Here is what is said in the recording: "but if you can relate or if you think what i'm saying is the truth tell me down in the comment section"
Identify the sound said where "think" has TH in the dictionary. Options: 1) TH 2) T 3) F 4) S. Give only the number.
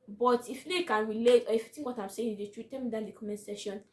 2